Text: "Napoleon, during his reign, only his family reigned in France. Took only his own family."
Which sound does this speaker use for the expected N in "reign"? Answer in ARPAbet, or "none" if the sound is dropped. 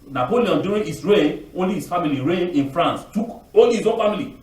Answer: none